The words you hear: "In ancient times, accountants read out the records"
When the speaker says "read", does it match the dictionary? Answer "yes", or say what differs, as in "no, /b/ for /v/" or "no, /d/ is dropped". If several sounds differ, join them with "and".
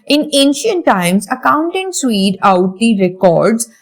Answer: no, /w/ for /ɹ/